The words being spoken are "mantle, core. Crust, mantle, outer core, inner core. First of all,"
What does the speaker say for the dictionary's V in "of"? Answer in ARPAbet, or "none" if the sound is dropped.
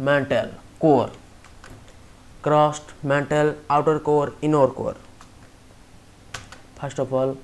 P